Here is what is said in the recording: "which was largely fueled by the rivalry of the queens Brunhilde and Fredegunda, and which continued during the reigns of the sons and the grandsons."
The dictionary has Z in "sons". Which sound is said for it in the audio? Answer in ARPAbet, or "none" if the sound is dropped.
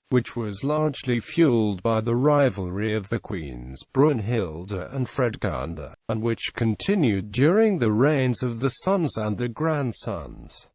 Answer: Z